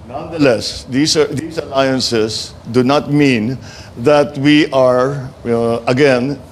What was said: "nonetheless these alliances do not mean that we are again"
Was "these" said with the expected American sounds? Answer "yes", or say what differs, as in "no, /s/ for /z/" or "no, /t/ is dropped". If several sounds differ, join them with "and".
no, /s/ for /z/